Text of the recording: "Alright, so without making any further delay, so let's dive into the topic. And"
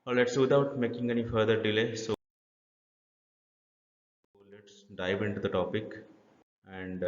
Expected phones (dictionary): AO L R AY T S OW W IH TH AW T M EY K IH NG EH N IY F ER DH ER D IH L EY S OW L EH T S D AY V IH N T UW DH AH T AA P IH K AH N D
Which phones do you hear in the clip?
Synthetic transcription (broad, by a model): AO L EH T S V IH T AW T M EY K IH NG EH N IY F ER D ER D IH L EY S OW L EH T S D AY V IH N T UW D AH T AA P IH K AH N D